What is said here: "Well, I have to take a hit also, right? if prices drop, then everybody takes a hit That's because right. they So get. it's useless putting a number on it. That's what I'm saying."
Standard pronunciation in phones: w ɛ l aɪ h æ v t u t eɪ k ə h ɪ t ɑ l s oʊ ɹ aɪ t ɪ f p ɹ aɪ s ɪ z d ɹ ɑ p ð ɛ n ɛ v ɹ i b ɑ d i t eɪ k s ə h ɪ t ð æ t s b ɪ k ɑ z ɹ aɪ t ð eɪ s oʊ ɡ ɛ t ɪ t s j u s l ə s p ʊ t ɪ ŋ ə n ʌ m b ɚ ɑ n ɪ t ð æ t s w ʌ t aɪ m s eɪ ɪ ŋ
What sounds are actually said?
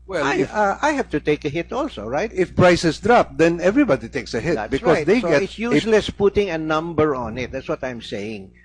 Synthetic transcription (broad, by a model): w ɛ l aɪ h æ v t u t eɪ k ə h ɪ t ɑ l s oʊ ɹ aɪ t ɪ f p ɹ aɪ s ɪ s d ɹ ɑ p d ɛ n ɛ v ɹ i b ɑ d i t eɪ k s ə h ɪ t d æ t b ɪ ɑ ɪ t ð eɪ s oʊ ɡ ɛ t ɪ t s j u s l ə s p ʊ t ɪ ŋ ə n ʌ m b ɚ ɑ n ɪ t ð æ t s w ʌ t aɪ m s eɪ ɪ ŋ